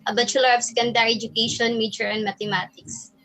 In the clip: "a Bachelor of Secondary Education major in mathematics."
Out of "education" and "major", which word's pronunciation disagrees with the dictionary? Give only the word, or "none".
major